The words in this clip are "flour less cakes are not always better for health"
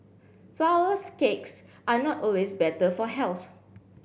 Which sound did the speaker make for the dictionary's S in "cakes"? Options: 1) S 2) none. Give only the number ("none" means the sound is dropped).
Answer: 1